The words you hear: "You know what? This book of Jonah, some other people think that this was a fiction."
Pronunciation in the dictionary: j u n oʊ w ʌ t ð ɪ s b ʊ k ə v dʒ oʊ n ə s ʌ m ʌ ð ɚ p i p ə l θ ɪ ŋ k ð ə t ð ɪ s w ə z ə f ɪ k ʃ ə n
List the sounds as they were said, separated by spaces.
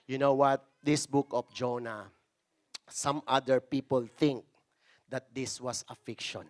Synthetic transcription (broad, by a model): j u n oʊ w ʌ t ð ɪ s b ʊ k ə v dʒ oʊ n ə s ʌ m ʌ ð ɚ p i p ə l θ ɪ ŋ k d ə t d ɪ s w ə s ə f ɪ k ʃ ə n